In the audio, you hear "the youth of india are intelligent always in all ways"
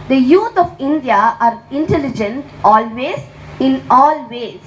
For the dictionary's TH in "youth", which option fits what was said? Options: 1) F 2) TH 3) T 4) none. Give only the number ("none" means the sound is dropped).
3